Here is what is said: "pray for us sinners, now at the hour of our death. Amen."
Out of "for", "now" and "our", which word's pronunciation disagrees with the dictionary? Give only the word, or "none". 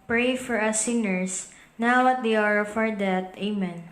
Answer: none